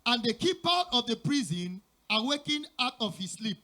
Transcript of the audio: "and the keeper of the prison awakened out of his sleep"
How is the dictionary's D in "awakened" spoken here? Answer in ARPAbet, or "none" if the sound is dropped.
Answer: none